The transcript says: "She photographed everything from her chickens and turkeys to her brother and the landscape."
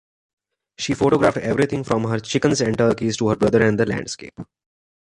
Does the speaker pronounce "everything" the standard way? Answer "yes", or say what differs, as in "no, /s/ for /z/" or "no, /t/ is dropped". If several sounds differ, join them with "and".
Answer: no, /t/ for /θ/